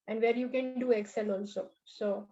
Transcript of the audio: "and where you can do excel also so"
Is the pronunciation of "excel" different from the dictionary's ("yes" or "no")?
no